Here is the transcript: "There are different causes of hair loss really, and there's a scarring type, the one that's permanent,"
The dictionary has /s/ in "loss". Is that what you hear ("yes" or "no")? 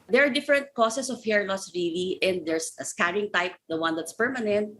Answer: yes